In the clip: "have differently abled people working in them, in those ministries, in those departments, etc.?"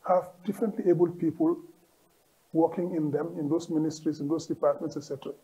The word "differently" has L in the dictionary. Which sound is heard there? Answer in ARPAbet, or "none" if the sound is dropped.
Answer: L